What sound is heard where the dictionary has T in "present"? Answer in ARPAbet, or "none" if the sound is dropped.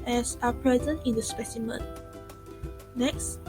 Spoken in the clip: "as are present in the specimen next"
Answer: T